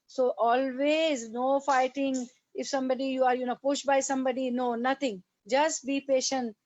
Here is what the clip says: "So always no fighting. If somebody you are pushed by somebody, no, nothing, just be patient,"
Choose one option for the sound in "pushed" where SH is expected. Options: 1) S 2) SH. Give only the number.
2